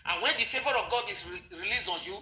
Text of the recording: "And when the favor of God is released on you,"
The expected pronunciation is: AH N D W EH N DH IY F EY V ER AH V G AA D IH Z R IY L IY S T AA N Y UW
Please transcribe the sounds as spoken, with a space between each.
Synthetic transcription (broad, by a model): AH N W EH N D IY F EY V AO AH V G AA D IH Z R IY L IY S AA N Y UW